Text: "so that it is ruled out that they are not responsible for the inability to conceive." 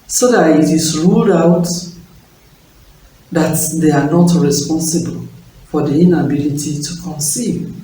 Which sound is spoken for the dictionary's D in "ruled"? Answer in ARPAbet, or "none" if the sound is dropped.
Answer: D